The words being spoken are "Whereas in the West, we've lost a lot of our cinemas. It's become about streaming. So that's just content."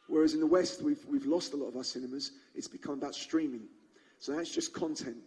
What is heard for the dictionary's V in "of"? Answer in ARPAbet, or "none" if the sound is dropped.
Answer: V